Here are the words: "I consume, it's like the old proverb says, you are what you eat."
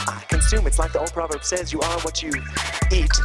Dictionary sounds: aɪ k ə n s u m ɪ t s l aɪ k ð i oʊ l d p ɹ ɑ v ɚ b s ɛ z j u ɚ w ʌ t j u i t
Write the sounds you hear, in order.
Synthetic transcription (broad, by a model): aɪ k ə n s u m ɪ t s l aɪ k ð i oʊ l d p ɹ ɑ v ɚ b s ɛ z j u ɚ w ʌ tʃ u i t